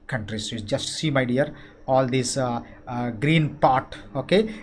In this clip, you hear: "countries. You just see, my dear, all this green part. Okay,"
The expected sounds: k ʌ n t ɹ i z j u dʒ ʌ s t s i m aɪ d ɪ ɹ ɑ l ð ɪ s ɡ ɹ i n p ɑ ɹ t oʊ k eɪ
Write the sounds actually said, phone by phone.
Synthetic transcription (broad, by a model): k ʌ n t ɹ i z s dʒ ʌ s t s i m aɪ d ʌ ɹ ɑ l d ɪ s ɡ ɹ i n p ɑ ɹ t oʊ k eɪ